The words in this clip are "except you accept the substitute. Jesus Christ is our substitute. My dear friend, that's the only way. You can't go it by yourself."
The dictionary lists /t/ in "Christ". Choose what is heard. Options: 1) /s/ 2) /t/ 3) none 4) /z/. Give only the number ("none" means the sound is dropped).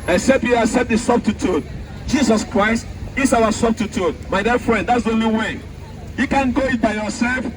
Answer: 2